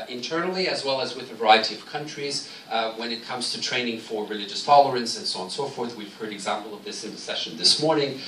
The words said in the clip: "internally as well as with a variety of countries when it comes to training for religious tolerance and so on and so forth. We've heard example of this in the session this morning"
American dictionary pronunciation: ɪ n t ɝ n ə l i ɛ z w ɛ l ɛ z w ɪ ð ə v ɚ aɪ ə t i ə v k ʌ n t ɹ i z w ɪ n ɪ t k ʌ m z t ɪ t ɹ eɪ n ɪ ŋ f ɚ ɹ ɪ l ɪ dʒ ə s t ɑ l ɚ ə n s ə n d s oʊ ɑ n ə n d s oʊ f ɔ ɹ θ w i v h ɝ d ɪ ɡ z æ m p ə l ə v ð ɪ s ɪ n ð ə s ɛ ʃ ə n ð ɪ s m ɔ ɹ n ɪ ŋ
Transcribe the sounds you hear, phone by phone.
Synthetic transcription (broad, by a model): ɪ n t ɝ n l i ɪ z w ɛ l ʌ z w ɪ ð ə v ɚ aɪ ə t i ə v k ʌ n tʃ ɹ i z w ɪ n ɪ t k ʌ m z t ɪ t ɹ eɪ n ɪ ŋ f ɚ ɹ ɪ l ɪ dʒ ə s t ɑ l ɚ ə n s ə n s oʊ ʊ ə n s oʊ f ɔ ɹ θ w i v h ɝ d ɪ ɡ z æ m p l ə v ð ɪ s ɪ n ð ə s ɛ ʃ ə n ð ɪ s m ɔ ɹ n ɪ ŋ